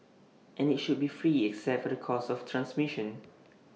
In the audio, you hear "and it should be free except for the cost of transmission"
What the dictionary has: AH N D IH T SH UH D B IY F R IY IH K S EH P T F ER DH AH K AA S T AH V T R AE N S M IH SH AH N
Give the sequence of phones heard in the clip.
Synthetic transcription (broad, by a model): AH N IH T SH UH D B IY F R IY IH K S EH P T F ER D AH K AA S AH F T R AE N S M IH SH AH N